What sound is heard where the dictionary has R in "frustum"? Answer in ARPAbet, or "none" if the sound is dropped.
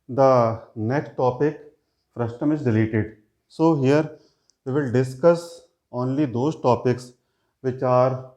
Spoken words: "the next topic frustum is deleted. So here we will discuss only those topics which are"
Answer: R